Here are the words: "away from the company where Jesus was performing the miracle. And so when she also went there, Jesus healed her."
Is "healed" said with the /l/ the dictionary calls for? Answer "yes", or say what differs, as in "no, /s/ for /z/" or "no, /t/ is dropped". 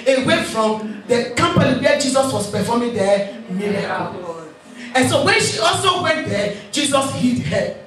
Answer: no, /l/ is dropped